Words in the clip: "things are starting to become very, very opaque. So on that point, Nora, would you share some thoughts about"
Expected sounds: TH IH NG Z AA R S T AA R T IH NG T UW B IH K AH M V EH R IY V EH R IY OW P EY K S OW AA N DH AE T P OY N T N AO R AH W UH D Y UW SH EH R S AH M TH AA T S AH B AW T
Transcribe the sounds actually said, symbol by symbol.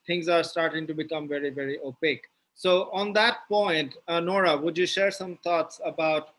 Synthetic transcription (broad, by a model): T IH NG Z AA R S T AA R T IH NG T UW B IH K AH M V EH R IY V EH R IY OW P EY K S OW AA N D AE T P OY N T N AO R AH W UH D Y UW SH EH R S AH M T AA T S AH B AW T